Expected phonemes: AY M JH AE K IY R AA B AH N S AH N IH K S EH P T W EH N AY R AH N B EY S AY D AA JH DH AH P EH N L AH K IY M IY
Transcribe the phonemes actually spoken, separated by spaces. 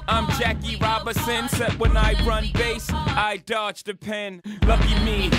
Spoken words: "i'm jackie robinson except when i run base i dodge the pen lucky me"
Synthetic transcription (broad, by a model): AY M JH AE K IY R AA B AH S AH N S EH T W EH N AY R AH N B EY S AY D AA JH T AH P EH N L AH K IY M IY